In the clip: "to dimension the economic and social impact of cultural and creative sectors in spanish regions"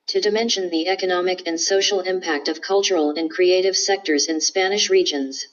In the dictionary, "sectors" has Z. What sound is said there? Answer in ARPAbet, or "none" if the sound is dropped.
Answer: Z